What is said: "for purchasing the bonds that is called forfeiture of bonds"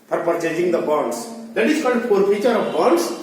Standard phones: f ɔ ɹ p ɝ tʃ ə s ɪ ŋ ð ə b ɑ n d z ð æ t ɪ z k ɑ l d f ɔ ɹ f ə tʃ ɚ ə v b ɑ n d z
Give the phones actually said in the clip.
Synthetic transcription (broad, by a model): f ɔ ɹ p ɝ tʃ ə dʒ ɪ ŋ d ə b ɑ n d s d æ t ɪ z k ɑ d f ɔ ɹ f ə tʃ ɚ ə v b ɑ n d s